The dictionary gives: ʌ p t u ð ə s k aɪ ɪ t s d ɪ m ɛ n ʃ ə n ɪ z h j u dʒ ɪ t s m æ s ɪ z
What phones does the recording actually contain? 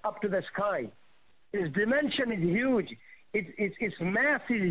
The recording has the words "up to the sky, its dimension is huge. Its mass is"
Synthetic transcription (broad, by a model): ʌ p t u ð ə s k aɪ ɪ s d ɪ m ɛ n ʃ ə n ɪ z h j u dʒ ɪ t s m æ s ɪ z